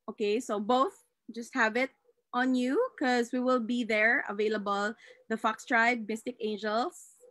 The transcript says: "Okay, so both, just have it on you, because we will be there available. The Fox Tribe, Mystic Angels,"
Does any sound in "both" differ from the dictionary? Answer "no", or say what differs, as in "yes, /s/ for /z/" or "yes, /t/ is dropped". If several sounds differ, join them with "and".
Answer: no